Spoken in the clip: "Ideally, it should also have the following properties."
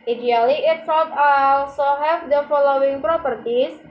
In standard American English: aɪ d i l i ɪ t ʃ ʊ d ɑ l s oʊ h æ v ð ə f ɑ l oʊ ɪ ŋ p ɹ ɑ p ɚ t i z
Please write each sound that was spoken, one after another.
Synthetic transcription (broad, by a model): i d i l i ɪ t s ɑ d ɑ l s oʊ h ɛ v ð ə f ɑ l oʊ ɪ ŋ p ɹ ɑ p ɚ t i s